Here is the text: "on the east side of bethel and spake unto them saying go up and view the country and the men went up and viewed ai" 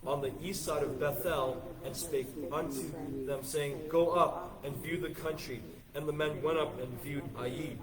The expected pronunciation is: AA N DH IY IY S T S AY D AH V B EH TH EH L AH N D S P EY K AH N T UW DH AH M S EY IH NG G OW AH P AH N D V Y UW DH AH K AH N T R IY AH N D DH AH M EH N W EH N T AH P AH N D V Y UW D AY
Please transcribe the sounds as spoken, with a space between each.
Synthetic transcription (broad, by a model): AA N DH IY IY S T S AY D AH V B EH TH EH L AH N S P EY K AH N T UW DH AH M S EY IH NG G OW AH P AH N V Y UW DH AH K AH N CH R IY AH N DH AH M EH N W EH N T AH P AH N V Y UW D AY